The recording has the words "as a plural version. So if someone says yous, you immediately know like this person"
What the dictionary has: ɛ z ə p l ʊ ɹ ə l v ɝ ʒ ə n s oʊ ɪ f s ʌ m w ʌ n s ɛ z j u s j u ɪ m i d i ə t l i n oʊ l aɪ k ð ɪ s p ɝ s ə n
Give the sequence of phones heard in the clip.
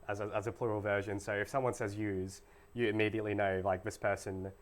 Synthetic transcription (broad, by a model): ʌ z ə p l ʊ ɹ ə l v ɝ ʒ ə n s oʊ ɪ f s ʌ m w ʌ n s ɛ z j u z j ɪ ɪ m i d i ə t l i n oʊ l aɪ k ð ɪ s p ɝ s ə n